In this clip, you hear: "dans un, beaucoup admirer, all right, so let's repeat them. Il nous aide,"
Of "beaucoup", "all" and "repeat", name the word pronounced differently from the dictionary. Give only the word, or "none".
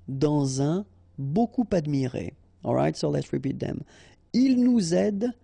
none